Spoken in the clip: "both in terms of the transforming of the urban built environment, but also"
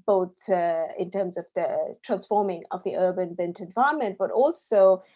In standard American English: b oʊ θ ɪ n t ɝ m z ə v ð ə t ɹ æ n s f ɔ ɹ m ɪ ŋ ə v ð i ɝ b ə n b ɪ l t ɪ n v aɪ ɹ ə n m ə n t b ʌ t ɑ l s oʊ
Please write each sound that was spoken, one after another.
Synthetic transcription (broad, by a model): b oʊ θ ɪ n t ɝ m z ə v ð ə t ɹ æ n s f ɔ ɹ m ɪ ŋ ə v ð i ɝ b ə n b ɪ n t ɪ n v aɪ ə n m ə n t b ʌ t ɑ l s oʊ